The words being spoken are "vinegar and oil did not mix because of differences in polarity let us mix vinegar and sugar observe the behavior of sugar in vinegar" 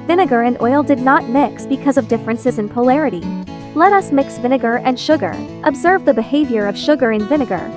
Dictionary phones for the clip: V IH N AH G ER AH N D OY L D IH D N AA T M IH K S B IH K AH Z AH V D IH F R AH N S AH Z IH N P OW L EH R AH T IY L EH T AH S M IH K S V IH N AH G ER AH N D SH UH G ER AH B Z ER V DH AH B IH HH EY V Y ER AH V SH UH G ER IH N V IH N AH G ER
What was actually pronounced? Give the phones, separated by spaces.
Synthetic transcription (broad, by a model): V IH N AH G ER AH N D OY L D IH D N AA T M IH K S B IH K AH Z AH V D IH F R AH N S AH Z IH N P OW L EH R AH T IY L EH T AH S M IH K S V IH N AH G ER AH N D SH UH G ER AH B Z ER V DH AH B IH HH EY V Y ER AH V SH UH G ER IH N V IH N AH G ER